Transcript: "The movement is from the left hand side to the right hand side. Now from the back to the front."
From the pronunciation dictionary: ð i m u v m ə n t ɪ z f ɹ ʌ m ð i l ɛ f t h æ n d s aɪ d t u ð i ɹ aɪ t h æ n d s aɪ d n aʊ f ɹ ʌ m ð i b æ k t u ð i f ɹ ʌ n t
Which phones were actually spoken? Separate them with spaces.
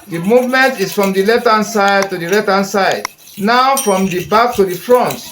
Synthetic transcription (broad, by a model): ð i m u v m ə n t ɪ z f ɹ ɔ m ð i l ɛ t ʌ n s aɪ d t u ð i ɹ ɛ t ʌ n s aɪ d n aʊ f ɹ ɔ m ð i b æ k t u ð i f ɹ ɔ n t